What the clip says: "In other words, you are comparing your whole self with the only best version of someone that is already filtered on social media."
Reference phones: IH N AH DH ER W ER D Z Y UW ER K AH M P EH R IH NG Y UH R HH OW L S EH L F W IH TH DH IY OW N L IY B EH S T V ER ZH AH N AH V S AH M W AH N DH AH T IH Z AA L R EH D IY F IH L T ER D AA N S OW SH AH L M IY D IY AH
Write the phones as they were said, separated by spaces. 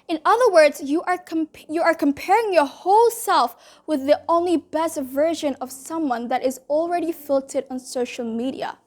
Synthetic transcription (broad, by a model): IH N AH DH ER W ER D Z Y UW ER K AH M P EH R IH NG Y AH R HH OW L S EH L F W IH DH IY OW N L IY B EH S T V ER ZH AH N AH V S AH M W AH N DH AH T IH Z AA L R EH D IY F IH L T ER D N S OW SH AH L M IY D IY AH